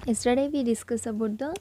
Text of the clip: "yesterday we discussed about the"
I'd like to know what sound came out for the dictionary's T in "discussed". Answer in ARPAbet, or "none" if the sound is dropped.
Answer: none